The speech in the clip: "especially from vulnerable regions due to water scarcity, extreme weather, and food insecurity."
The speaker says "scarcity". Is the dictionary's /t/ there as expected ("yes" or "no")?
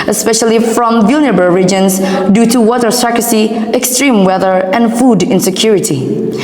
no